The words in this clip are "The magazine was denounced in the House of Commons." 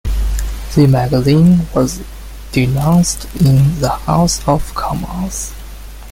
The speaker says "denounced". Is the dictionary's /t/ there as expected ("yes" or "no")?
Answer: yes